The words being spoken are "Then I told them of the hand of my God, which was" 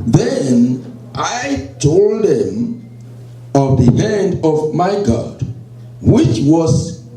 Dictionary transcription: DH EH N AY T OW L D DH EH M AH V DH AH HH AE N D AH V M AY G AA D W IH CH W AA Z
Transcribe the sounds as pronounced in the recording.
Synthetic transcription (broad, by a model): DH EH N AY T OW L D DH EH M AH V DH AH HH AE N D AH V M AY G AA D W IH CH W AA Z